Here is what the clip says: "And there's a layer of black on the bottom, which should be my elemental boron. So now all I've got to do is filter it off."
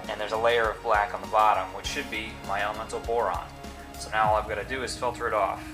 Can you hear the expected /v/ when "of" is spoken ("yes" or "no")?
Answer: yes